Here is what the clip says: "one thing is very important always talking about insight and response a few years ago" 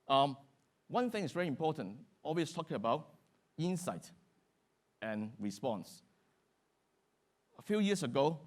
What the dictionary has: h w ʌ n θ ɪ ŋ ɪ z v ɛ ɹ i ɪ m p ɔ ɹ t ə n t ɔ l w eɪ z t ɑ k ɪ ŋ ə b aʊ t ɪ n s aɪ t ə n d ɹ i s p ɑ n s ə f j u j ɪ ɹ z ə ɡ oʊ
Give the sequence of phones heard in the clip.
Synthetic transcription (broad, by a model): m w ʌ n θ ɪ ŋ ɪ s v ɛ ɹ i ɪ m p ɔ t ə n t ɔ l w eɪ s t ɑ k ɪ ŋ ə b aʊ t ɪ n s aɪ t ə n ɹ i s p ɑ n s ə f j u j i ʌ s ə ɡ oʊ